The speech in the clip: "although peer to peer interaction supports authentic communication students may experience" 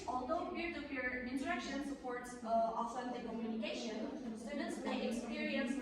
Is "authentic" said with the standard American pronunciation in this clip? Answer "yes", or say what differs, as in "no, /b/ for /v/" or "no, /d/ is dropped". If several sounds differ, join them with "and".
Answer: no, /s/ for /θ/